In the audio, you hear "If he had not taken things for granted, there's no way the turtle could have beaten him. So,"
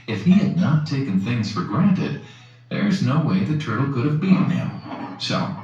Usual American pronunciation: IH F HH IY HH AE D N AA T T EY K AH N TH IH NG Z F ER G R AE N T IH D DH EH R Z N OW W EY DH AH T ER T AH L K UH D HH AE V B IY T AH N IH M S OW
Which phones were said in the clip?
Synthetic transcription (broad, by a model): IH F HH IY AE D N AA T T EY K AH N TH IH NG Z F ER G R AE N T IH D DH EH R Z N OW W EY DH AH T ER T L K UH D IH V B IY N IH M S OW